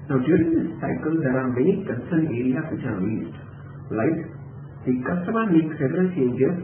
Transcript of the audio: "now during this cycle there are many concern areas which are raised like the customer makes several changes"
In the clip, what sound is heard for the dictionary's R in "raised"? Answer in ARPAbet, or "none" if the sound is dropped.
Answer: L